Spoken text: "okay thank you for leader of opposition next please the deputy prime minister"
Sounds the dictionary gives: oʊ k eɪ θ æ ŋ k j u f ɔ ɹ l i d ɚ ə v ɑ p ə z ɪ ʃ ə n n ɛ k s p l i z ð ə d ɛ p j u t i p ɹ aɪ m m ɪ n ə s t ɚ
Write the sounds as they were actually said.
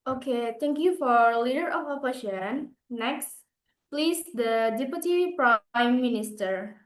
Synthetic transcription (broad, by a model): oʊ k eɪ t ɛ ŋ k j u f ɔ ɹ l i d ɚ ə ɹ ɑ f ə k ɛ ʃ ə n n ɛ k s p l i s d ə d ɛ p j u t i p ɹ aɪ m m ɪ n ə s t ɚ